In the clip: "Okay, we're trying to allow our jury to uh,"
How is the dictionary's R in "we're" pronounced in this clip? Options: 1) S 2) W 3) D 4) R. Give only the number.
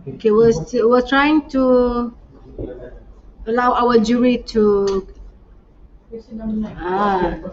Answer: 2